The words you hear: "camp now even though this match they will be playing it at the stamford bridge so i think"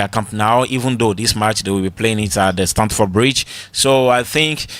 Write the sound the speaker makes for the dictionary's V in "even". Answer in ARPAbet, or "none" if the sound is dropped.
V